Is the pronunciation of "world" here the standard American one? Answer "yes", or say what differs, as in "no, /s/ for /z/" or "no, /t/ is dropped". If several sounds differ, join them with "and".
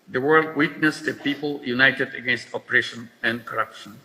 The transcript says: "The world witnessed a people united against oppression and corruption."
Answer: yes